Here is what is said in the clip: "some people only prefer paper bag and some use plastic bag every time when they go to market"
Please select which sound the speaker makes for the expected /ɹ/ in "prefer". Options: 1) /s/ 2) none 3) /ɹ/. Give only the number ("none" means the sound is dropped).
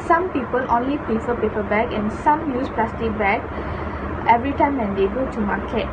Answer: 2